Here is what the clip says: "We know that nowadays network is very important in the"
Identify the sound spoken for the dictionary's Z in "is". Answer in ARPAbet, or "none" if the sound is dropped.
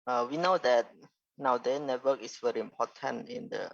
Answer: S